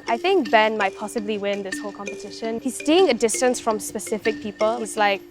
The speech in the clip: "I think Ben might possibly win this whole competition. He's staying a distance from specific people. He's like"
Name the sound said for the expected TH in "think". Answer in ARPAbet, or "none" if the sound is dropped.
TH